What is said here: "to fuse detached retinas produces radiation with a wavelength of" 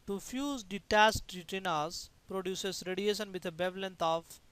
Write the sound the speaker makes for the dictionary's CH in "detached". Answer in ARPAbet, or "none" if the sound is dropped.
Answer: S